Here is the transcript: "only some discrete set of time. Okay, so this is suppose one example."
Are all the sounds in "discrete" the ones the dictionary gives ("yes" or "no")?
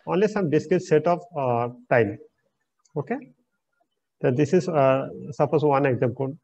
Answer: no